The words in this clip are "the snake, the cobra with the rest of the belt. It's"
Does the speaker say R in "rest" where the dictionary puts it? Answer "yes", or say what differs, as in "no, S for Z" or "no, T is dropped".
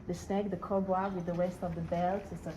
no, W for R